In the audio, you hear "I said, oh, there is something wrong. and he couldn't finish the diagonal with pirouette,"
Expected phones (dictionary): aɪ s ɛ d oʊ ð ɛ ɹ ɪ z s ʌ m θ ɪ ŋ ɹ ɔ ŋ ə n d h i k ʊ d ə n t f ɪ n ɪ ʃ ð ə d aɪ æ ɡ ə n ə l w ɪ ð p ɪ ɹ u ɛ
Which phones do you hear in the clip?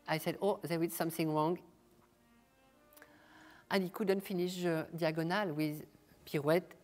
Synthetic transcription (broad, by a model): aɪ s ɛ d oʊ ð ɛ w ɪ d s ʌ m θ ɪ ŋ ɹ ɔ ŋ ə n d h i k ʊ d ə n t f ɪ n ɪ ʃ ð ə d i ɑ ɡ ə n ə l w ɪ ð p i ɹ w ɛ